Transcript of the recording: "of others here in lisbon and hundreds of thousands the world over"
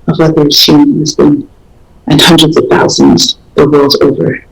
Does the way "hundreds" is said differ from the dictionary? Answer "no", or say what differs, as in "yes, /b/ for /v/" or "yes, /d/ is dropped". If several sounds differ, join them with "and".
no